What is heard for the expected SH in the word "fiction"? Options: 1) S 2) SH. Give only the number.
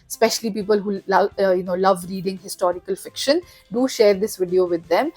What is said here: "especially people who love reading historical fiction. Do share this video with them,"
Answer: 2